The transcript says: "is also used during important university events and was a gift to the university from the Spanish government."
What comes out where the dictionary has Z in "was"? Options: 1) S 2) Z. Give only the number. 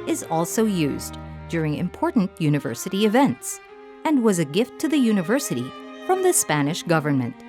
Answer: 2